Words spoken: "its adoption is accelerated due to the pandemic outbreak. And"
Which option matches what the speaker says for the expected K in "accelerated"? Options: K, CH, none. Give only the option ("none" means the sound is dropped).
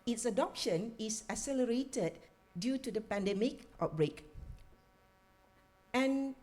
none